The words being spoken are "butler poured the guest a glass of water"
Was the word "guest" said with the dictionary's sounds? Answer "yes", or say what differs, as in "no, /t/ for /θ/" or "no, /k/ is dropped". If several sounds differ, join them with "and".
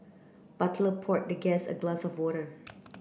no, /t/ is dropped